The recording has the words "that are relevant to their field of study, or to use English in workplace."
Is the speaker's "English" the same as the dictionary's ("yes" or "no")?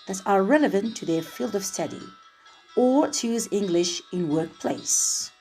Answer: yes